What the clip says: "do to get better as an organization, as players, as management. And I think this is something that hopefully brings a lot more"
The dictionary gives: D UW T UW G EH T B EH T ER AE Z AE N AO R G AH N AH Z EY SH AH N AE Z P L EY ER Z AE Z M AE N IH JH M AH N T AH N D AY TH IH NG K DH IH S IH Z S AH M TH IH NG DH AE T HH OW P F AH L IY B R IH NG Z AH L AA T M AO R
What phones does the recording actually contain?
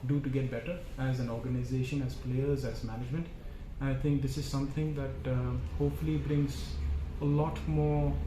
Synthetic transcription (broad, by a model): D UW T UW G EH T B EH T ER AE Z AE N AO R G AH N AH Z EY SH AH N AE Z P L EY ER Z AE Z M AE N IH JH M AH N T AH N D AY T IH NG K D IH S IH Z S AH M T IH NG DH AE T HH OW P F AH L IY B R IH NG Z AH L AA T M AO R